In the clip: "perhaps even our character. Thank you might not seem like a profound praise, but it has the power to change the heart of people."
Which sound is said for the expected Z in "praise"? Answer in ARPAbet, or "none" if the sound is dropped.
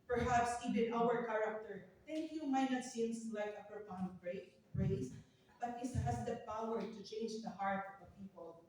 S